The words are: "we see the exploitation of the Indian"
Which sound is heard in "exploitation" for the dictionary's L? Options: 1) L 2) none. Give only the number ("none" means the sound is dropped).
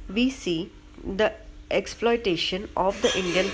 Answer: 1